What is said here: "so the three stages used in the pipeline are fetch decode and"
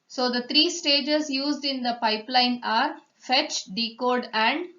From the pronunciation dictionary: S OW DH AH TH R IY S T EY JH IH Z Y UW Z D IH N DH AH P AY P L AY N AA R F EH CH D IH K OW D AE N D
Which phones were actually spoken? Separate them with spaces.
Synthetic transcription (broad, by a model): S OW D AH T R IY S T EY JH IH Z Y UW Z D IH N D AH P AY P L AY N AA R F EH CH D IH K OW D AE N D